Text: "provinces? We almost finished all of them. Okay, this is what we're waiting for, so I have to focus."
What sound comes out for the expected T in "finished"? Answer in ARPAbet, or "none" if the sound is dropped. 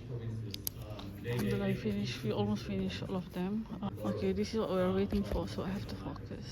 none